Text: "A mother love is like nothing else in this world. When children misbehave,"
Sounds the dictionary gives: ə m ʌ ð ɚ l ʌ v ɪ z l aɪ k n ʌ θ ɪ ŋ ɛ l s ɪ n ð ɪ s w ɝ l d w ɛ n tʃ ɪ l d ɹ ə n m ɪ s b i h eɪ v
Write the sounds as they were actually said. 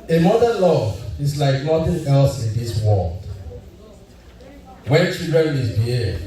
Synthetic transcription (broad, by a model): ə m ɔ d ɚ l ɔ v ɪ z l aɪ k n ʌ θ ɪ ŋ ɛ l s ɪ n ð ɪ s w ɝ l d w ɛ n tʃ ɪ d ɹ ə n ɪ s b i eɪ